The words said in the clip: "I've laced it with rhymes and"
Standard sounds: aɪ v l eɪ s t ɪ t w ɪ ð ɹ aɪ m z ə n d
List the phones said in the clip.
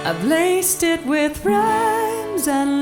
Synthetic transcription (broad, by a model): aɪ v l eɪ s t ɪ t w ɪ ð ɹ aɪ m z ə n